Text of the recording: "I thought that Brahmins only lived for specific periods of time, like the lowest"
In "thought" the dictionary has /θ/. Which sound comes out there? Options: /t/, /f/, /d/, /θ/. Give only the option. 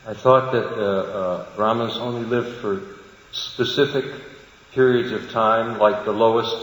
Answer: /θ/